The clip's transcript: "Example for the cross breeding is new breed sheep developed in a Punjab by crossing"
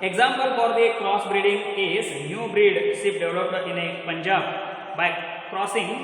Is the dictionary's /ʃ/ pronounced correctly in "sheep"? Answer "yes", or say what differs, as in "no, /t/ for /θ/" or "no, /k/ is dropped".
no, /s/ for /ʃ/